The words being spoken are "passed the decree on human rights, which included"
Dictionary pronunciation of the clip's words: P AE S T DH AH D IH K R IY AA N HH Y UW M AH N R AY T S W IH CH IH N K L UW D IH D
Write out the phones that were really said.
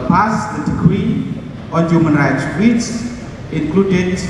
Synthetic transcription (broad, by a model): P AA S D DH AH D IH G R IY AA N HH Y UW M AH N R AY T S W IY S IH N K L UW D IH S